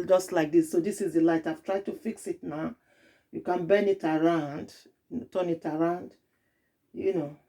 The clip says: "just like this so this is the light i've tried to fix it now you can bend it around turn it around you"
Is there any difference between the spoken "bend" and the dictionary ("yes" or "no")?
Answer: yes